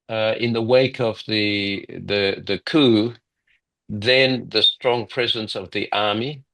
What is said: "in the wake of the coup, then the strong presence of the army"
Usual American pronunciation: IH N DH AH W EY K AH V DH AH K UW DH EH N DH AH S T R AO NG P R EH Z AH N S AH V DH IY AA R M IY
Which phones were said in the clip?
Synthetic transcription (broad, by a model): IH N DH AH W EY K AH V DH AH K UW DH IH N DH AH S T R AO NG P R EH Z AH N S AH V DH IY AA R M IY